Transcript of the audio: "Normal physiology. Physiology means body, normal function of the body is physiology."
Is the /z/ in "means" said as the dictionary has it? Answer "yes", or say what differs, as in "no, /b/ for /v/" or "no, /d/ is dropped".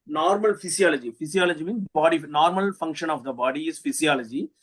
no, /z/ is dropped